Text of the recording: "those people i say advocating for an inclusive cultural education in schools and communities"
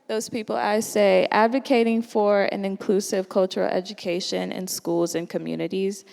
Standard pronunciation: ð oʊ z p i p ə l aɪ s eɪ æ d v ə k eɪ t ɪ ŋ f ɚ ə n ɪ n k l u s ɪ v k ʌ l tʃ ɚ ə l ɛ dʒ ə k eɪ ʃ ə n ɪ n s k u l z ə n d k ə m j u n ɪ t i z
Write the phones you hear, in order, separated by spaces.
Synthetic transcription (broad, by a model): ð oʊ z p i p l aɪ s eɪ æ d v ə k eɪ t ɪ ŋ f ɚ ə n ɪ n k l u s ɪ v k ʌ l tʃ ɚ l ɛ dʒ ə k eɪ ʃ ə n ɪ n s k u l z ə n k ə m j u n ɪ t i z